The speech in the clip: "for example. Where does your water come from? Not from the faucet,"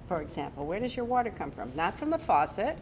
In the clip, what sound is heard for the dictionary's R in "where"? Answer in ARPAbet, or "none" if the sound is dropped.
R